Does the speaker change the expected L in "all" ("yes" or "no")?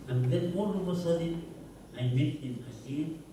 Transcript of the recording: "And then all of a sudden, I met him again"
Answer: yes